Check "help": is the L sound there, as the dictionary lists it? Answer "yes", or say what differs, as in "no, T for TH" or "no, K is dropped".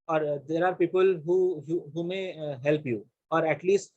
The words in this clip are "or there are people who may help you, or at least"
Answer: yes